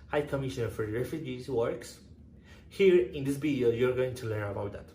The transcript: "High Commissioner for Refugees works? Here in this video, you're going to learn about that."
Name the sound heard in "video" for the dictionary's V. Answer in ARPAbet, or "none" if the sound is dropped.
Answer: B